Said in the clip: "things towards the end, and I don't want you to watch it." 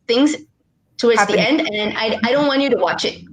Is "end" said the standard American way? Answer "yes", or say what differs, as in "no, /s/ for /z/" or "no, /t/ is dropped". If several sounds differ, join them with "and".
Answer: yes